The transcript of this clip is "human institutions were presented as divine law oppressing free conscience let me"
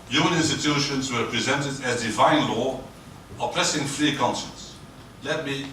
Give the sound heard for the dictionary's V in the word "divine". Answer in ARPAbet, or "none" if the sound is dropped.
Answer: V